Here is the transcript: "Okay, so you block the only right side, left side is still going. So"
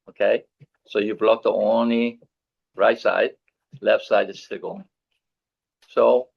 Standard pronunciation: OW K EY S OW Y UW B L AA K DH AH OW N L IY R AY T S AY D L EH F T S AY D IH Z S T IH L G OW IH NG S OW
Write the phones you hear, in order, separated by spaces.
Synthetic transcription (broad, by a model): OW K EY S OW Y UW B L AA K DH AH OW N L IY R AY T S AY D L EH F T S AY D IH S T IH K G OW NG S OW